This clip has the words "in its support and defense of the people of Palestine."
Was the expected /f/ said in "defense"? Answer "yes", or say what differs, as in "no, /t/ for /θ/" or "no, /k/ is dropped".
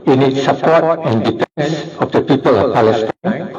no, /p/ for /f/